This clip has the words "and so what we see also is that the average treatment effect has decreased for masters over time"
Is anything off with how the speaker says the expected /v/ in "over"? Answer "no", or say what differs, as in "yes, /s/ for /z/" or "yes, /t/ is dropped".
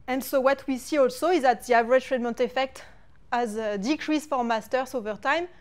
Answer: no